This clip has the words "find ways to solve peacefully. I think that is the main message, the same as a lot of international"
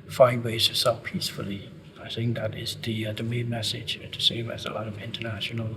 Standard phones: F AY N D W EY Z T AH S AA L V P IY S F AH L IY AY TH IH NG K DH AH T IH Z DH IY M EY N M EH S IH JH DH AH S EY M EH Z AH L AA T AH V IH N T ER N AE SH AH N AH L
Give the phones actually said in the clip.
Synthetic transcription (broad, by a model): F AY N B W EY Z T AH S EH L P IY S F AH L IY AY TH IH NG K DH AH T IH Z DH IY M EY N M EH S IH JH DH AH S EY M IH Z AH L AA T AH V IH N T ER N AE SH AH N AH L